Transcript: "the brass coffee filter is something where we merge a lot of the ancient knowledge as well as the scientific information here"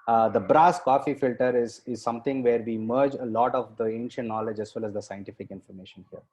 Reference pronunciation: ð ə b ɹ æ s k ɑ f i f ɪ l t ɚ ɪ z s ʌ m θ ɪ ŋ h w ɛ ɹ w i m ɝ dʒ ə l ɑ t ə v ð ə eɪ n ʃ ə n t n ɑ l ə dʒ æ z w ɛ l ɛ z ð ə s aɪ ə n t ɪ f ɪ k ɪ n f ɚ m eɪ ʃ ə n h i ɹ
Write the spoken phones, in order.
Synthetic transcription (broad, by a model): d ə b ɹ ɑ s k ɑ f i f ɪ l t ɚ ɪ z s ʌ m t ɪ ŋ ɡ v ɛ ɹ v i m ɝ dʒ ə l ɑ t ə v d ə eɪ n ʃ ə n t n ɑ l ə dʒ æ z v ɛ l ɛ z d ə s aɪ ə n t ɪ f ɪ k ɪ n f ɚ m eɪ ʃ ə n h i ɹ